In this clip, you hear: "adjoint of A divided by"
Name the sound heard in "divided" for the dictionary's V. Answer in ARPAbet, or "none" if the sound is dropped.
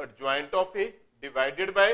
V